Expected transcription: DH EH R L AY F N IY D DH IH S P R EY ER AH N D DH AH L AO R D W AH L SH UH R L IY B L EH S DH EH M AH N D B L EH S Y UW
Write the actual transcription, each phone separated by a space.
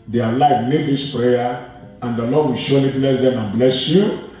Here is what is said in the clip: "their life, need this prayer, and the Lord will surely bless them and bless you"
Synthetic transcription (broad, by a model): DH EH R L AY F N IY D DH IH S P R EY ER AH N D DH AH L AO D W AH L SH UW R L IY B L EH S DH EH M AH N B L EH S Y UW